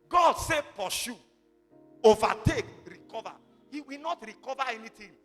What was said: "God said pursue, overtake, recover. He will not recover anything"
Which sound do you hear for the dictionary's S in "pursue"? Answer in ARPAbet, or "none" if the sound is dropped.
SH